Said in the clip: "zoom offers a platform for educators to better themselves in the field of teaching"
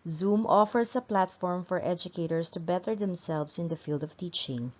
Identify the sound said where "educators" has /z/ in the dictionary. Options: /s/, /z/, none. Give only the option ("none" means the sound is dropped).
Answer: /s/